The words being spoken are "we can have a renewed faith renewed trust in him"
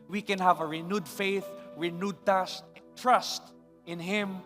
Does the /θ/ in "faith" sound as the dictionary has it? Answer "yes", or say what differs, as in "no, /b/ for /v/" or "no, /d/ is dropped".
yes